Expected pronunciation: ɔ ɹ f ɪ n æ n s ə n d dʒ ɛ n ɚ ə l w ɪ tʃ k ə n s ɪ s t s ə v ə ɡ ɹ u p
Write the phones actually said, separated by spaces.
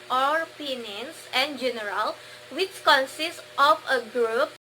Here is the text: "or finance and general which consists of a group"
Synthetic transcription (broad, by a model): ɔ ɹ p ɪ n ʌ n s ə n dʒ ɛ n ɚ ə l w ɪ tʃ k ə n s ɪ s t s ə f ə ɡ ɹ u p